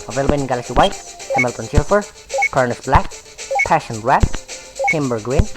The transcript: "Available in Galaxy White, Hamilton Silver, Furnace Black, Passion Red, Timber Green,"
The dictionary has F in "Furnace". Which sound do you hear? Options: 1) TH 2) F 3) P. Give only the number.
3